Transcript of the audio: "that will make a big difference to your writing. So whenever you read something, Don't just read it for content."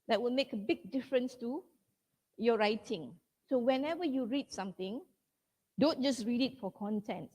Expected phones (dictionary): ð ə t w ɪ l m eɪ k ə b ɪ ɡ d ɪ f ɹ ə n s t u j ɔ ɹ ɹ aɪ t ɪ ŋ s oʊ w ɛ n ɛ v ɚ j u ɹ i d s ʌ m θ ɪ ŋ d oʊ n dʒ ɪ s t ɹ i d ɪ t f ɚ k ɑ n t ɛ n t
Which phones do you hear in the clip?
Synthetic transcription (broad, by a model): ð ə t w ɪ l m eɪ k ə b ɪ ɡ d ɪ f ɹ ə n s t u j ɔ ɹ ɹ aɪ t ɪ ŋ s oʊ w ɛ n ɛ v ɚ j u ɹ i d s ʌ m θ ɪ ŋ d oʊ n dʒ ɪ s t ɹ i d ɪ t f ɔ k ɑ n t ɛ n t